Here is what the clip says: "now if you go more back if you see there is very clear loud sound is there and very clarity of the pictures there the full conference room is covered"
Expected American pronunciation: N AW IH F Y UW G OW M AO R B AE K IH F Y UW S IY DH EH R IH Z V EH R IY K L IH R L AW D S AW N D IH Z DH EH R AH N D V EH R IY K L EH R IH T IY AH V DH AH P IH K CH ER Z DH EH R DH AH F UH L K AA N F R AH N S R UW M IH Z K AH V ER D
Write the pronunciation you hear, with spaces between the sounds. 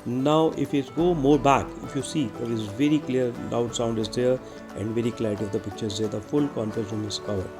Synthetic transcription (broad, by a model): N AW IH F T G OW M AO R B AE K IH F Y UW S IY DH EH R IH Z V EH R IY K L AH R L AW D S AW N D IH Z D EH R AH N D V EH R IY K L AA IH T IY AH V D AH P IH K CH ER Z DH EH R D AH F UH L K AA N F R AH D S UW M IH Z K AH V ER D